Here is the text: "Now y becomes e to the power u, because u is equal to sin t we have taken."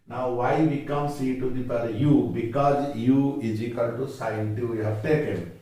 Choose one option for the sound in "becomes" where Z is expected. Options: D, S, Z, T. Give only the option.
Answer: S